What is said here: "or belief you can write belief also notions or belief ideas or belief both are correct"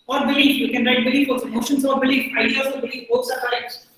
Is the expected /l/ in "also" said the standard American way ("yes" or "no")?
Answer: no